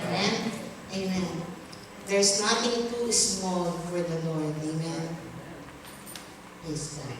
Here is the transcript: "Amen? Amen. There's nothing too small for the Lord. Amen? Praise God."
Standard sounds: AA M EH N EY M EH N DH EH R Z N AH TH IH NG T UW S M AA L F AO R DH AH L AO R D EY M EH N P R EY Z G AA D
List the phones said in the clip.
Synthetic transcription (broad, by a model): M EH N EY M EH N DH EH R S N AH T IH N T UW S M AA L F AO R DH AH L AO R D EY M EH N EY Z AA